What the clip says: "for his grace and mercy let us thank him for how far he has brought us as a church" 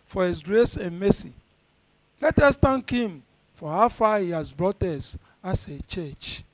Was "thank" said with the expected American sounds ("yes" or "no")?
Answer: no